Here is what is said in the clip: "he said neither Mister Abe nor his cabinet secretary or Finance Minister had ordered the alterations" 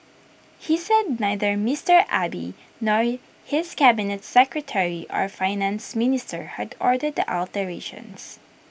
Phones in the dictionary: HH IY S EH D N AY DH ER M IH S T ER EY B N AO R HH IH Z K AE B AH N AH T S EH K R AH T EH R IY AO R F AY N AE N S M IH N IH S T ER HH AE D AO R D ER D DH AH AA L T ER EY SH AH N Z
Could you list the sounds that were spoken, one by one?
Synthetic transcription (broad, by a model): HH IY S EH D N AY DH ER M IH S T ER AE B N AO R HH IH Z K AE B AH N AH T S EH K R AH T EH R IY AO R F AY N AE N S M IH N IH S T ER HH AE D AO R D ER D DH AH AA L T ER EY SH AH N S